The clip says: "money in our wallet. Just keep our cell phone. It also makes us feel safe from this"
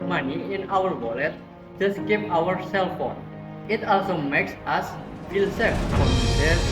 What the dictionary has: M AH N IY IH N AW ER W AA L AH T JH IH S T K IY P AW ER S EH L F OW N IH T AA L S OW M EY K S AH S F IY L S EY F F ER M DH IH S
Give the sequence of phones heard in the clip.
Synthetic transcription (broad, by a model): M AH N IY IH N AW ER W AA L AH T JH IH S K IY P AW ER S EH L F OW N IH T AA L S OW M EY K S AH S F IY L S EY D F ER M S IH